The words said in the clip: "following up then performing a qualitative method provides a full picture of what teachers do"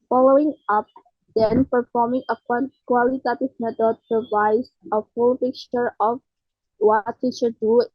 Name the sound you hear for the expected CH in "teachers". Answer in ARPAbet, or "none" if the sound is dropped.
SH